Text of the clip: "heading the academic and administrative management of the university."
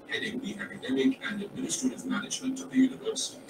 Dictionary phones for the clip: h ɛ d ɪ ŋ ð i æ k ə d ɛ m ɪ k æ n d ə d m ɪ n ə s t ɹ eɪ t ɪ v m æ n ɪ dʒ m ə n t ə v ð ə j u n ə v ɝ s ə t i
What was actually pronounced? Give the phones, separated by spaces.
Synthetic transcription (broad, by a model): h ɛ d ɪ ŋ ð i æ k ə d ɛ m ɪ k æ n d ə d m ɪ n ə s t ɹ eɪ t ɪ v m æ n ɪ dʒ m ə n t ə v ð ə j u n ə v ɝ s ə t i